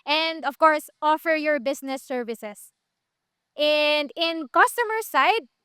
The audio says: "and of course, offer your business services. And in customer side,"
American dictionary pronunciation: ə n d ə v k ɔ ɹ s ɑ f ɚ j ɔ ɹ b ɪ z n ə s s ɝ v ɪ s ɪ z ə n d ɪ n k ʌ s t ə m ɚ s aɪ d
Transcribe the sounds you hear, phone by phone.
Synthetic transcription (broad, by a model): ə n d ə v k ɔ ɹ s ɑ f ɚ j ɔ ɹ b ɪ s n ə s s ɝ v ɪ s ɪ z ə n d ɪ n k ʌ s t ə m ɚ s aɪ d